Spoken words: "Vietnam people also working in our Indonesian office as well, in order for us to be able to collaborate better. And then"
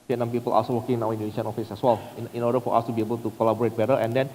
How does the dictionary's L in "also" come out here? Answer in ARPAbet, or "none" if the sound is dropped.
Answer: none